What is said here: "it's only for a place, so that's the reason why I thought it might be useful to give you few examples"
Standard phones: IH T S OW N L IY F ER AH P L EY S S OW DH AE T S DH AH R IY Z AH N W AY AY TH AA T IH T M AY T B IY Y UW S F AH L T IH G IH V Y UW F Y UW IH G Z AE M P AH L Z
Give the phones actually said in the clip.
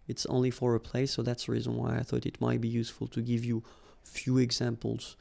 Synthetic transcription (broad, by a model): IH T S OW N L IY F ER AH P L EY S S OW DH AE T S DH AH R IY Z AH N W AY AY TH AA T IH T M AY T B IY Y UW S F AH L T IH G IH V Y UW F Y UW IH G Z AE M P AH L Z